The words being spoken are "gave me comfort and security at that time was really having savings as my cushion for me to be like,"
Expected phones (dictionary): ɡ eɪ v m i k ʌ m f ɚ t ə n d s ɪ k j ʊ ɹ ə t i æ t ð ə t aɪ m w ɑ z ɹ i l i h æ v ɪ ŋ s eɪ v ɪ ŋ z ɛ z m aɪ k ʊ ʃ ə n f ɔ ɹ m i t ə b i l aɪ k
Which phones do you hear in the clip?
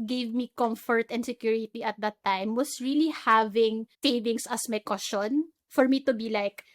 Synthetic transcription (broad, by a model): ɡ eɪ v m i k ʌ m f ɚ t ə n d s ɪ k j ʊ ɹ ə t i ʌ t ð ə t aɪ m w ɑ s ɹ i l i h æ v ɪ ŋ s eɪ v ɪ ŋ s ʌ s m aɪ k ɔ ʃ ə n f ɔ ɹ m i t ə b i l aɪ k